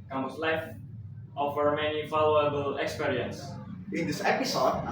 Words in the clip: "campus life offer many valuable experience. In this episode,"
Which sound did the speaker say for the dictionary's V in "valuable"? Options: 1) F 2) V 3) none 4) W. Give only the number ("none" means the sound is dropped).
1